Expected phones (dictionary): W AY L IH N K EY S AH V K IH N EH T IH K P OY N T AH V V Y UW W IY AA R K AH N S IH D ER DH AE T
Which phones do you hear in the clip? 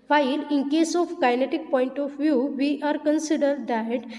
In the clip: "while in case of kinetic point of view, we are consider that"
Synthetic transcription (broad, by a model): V AY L IH N K EY S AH F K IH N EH T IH K P OY N T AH F V Y UW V IY AA R K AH N S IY D ER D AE T